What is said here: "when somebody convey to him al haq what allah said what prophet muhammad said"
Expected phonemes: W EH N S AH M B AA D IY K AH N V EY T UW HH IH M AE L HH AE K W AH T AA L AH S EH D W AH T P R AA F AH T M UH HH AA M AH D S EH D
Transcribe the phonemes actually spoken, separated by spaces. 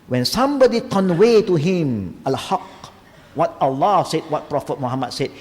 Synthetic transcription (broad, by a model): W EH N S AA M B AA D IY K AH N W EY T UW HH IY M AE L HH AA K W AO T AA L AH S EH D W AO T P R AA F AH T M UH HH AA M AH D S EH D